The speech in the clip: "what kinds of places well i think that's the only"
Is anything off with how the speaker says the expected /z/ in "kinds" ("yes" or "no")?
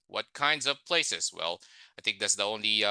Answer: no